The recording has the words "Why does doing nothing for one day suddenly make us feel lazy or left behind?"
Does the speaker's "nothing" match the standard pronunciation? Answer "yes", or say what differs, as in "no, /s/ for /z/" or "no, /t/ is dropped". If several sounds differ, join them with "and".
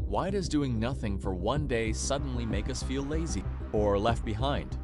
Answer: yes